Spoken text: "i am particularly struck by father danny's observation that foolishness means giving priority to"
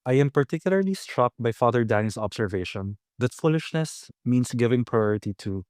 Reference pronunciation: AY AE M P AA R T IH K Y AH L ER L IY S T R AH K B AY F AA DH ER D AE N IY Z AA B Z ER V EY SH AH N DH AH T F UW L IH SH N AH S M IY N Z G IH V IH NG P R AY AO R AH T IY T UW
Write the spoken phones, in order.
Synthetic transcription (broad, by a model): AY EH M P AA R T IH K Y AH L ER L IY S T R AH K B AY F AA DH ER D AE N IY S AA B S ER V EY SH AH N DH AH T F UW L IH SH N AH S M IY N S G IH V IH NG P R AY AO R AH T IY T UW